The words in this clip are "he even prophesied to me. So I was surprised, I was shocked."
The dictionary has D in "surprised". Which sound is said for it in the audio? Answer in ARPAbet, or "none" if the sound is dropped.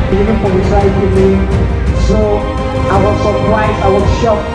none